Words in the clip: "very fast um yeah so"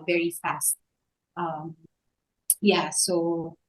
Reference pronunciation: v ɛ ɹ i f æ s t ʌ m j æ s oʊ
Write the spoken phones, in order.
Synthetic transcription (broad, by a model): v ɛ ɹ i f æ s t ʌ m j æ s oʊ